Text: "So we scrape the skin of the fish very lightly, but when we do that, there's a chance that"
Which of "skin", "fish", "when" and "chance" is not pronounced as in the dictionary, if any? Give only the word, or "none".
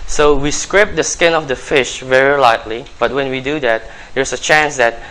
none